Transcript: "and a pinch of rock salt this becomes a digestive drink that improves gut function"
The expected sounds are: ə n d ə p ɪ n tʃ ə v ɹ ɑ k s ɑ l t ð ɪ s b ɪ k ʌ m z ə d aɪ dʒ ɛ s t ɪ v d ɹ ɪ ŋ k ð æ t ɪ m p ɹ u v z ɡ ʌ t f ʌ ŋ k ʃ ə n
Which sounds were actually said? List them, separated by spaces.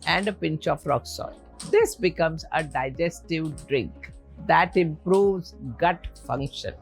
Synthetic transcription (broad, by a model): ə n d ə p ɪ n tʃ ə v ɹ ɑ k s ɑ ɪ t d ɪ s b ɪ k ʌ m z ə d aɪ dʒ ɛ s t ɪ v d ɹ ɪ ŋ k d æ t ɪ m p ɹ u v z ɡ ʌ t f ʌ ŋ k ʃ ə n